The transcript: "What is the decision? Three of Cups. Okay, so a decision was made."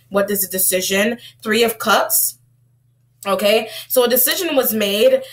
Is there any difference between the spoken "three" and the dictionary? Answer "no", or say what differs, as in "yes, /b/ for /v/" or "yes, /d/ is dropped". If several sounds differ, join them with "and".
no